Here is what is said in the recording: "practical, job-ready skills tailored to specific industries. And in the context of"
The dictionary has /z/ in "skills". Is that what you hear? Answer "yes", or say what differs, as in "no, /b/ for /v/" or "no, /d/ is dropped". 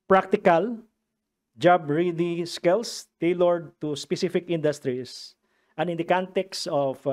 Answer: no, /s/ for /z/